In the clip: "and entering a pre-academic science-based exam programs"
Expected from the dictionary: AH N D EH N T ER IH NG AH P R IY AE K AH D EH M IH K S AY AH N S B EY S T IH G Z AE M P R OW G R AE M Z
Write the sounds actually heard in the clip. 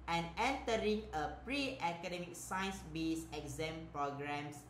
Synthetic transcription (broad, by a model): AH N EH N T ER IH NG AH P R IY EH K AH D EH M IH K S AY N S B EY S IH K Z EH M P R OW G R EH M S